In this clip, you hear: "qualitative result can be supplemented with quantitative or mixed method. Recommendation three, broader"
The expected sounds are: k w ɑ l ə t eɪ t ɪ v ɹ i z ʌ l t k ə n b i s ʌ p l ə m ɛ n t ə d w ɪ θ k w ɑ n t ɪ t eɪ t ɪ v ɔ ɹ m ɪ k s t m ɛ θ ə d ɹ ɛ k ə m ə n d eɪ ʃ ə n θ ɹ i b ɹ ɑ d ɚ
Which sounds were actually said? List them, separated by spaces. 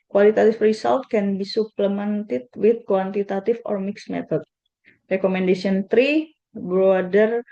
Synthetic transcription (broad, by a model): k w ɑ l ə t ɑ t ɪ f ɹ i s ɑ l t k ə n b i s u p l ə m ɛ n t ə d w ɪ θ k w ɑ n t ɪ t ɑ t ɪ f ɔ ɹ m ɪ k s m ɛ t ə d ɹ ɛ k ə m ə n d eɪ s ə n t ɹ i b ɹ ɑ d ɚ